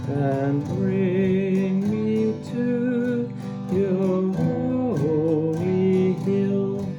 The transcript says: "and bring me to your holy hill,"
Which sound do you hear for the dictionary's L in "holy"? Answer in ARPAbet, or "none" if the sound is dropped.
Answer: none